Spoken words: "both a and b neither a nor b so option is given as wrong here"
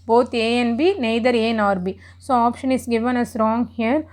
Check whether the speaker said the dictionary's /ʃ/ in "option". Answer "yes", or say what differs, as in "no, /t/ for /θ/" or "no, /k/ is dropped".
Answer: yes